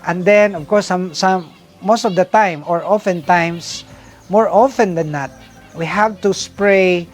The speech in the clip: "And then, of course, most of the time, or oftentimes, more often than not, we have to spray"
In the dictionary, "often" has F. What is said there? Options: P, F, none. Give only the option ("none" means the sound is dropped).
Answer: F